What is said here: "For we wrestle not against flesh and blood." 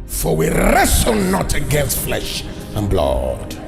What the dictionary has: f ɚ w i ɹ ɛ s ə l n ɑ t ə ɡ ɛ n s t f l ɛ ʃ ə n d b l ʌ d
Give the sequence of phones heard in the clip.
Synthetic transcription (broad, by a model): f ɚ w i ɹ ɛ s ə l n ɑ t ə ɡ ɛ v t f l ɛ ʃ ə n b l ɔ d